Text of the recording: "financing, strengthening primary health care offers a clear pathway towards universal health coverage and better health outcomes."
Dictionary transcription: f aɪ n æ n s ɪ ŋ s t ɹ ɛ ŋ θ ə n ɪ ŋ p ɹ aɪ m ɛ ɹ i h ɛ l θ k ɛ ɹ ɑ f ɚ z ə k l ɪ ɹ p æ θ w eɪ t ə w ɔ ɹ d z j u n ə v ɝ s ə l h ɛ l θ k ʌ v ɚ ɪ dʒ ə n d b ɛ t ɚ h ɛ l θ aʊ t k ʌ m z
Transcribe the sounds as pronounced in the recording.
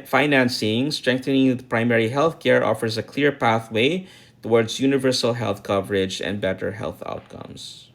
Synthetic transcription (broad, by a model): f aɪ n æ n s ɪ ŋ s t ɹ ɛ ŋ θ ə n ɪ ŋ p ɹ aɪ m ɛ ɹ i h ɛ l θ k ɛ ɹ ɑ f ɚ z ə k l ɪ ɹ p æ θ w eɪ t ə w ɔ ɹ d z j u n ə v ɝ s ə l h ɛ l θ k ʌ v ɚ ɪ dʒ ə n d b ɛ t ɚ h ɛ l θ aʊ t k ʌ m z